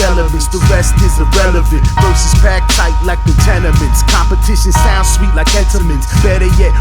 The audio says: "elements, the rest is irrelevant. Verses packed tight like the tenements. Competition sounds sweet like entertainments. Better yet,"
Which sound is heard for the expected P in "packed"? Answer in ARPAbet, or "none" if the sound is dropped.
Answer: B